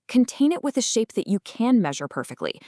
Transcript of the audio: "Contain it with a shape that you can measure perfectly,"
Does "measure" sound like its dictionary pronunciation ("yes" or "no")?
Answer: yes